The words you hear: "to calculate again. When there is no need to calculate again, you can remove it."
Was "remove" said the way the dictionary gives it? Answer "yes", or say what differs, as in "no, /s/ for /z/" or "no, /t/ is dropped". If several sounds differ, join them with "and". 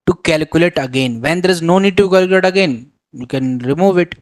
yes